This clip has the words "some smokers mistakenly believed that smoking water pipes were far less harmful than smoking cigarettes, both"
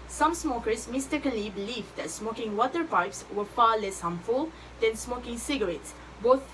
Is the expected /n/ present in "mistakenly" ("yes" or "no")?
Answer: no